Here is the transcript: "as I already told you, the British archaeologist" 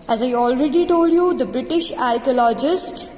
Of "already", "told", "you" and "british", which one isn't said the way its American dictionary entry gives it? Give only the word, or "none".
none